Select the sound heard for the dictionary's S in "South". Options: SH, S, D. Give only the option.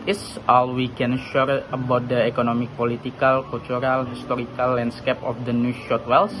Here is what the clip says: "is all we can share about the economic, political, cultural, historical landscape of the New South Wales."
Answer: SH